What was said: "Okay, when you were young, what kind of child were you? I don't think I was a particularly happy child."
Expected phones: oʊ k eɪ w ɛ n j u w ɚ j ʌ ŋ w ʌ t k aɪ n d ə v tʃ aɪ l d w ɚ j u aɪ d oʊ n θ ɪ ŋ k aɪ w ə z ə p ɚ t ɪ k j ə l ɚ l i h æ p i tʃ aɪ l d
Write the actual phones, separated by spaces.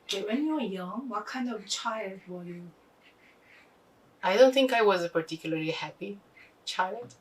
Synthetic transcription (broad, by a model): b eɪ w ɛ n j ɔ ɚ j ʌ ŋ w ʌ t k aɪ n d ə v tʃ aɪ l d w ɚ j u aɪ d oʊ n θ ɪ ŋ k aɪ w ə z ə p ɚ t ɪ k j l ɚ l i h æ p i tʃ aɪ l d